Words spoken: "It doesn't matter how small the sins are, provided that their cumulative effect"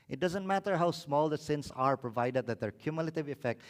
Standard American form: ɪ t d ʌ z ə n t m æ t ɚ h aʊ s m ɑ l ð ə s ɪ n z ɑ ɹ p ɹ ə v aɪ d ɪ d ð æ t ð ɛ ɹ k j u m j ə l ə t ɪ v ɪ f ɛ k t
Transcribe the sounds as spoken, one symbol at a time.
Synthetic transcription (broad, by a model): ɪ t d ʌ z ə n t m æ t ɚ h aʊ s m ɑ l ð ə s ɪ n s ɑ ɹ p ɹ ə v aɪ d ɪ d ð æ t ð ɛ ɹ k j u m j ə l ə t ɪ v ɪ f ɛ k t